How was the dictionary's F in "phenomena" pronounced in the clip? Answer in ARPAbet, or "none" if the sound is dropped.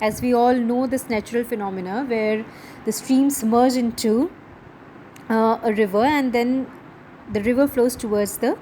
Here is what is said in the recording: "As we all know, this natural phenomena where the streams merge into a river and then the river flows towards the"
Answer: F